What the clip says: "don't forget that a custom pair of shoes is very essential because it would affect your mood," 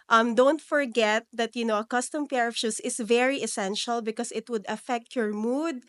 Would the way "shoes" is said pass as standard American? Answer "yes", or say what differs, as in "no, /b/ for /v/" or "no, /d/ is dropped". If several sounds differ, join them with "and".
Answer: no, /s/ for /z/